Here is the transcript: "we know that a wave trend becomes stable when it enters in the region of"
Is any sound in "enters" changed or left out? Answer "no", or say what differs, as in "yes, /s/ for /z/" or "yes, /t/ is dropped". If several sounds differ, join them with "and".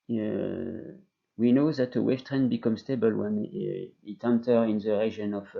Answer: yes, /z/ is dropped